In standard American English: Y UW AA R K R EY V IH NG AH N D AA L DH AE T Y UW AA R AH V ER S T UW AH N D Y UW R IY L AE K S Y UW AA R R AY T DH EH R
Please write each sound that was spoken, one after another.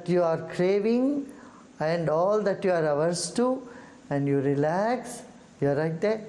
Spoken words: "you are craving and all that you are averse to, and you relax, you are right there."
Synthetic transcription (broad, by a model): Y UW AA R K R EY V IH NG AH N D AA L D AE T Y UW AA R AH V ER S T UW AH N D Y UW R IY L AE K S Y UW AA R L AY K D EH